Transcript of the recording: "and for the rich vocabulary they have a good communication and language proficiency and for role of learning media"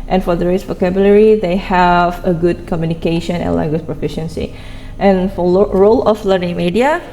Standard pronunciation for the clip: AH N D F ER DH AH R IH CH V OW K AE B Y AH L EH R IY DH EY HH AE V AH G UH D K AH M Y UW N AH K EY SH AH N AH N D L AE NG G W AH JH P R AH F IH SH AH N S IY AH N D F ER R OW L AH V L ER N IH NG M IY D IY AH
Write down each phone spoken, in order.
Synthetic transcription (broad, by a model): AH N F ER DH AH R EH S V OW K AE B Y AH L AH R IY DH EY HH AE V AH G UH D K AH M Y UW N AH K EY SH AH N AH N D L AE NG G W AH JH P R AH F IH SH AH N S IY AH N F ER R OW L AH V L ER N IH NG M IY D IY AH